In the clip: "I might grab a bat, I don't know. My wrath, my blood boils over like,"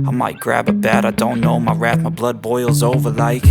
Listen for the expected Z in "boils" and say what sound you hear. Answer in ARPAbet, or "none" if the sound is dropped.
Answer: Z